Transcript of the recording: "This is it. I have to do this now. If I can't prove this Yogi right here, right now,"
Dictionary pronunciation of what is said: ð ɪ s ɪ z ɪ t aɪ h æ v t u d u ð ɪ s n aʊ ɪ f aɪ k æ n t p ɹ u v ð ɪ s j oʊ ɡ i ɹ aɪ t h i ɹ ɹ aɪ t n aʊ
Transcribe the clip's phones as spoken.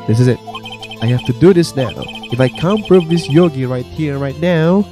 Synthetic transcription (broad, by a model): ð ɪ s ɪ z ɪ t aɪ h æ f t u d u ð ɪ s n aʊ ɪ f aɪ k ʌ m p ɹ u v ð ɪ s j oʊ ɡ i ɹ aɪ t h i ɹ ɹ aɪ t n aʊ